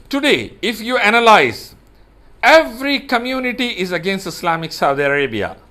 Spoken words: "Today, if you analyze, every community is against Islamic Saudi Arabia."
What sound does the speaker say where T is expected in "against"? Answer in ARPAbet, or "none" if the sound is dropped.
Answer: T